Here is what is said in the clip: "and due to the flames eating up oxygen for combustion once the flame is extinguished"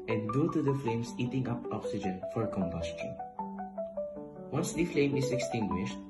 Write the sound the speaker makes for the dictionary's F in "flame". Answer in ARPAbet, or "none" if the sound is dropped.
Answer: F